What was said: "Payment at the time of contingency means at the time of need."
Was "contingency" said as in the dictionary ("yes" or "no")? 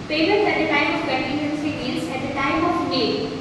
no